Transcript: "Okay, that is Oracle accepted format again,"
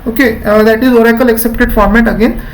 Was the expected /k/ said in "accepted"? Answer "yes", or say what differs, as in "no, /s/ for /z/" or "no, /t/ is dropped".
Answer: yes